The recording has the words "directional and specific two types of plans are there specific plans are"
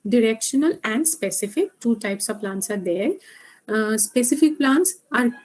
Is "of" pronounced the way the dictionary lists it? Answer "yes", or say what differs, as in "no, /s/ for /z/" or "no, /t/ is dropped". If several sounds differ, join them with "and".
yes